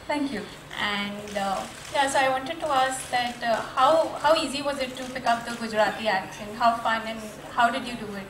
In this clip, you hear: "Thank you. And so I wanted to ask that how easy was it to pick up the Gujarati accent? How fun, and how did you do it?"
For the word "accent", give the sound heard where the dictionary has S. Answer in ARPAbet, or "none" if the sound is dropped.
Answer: SH